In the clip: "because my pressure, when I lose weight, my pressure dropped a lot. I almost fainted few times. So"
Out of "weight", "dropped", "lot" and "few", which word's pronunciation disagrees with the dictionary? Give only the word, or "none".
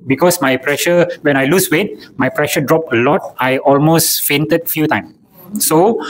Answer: dropped